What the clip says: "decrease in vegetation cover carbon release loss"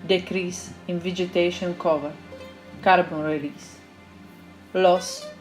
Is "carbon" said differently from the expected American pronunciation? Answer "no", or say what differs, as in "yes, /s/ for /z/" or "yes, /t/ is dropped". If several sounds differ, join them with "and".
no